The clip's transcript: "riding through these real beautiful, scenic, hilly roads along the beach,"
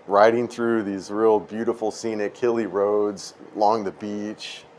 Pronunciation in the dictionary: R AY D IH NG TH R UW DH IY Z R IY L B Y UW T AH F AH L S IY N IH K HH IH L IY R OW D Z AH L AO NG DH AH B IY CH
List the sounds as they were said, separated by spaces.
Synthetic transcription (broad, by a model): R AY D IH NG TH R UW DH IY Z R IY L B Y UW T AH F L S IY N IH K IH L IY R OW D Z AH L AO NG DH AH B IY CH